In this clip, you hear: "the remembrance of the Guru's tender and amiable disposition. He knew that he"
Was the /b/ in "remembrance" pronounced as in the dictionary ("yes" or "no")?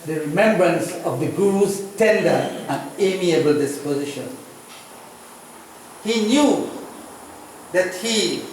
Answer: yes